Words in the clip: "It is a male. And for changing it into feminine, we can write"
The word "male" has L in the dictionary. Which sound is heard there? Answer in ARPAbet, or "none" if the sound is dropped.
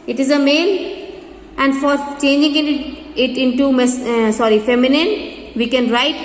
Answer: N